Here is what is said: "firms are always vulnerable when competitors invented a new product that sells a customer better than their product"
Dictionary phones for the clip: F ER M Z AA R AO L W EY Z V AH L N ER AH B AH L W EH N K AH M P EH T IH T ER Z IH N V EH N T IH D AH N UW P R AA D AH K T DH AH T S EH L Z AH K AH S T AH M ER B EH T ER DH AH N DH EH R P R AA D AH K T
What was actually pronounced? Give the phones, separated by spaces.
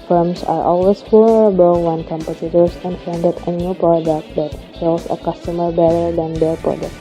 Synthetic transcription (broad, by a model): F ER M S AA R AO L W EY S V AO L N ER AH B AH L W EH N K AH M P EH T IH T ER S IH N F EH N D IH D AH N UW P R AA D AH K T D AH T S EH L S AH K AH S T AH M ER B EH T ER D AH N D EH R P R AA D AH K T